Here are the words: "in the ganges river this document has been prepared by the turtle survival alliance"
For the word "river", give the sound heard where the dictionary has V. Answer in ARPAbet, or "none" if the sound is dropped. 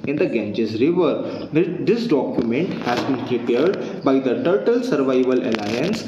V